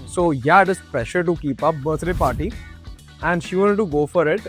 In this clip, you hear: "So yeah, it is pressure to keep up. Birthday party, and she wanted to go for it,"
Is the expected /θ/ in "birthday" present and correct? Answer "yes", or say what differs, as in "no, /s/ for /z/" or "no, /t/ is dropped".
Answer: no, /t/ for /θ/